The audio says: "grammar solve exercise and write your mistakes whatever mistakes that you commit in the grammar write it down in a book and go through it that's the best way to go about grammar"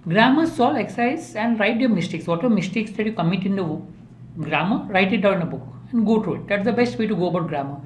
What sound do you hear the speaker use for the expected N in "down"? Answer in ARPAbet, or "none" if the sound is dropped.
none